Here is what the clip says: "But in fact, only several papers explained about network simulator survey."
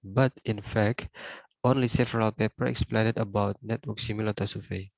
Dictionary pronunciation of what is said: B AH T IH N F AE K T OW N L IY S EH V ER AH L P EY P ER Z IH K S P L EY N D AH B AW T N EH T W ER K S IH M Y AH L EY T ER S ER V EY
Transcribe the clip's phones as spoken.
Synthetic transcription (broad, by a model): B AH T IH N F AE K T OW N L IY S EH V ER AH L P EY P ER IH K S P L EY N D AH B AW T N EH T W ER K S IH M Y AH L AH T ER S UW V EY